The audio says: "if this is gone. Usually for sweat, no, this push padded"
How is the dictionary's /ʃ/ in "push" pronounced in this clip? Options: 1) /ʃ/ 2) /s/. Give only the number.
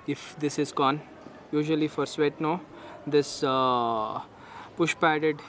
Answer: 1